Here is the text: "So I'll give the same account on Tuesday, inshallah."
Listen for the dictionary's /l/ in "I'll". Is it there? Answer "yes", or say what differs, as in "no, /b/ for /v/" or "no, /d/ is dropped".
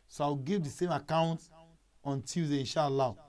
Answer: no, /w/ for /l/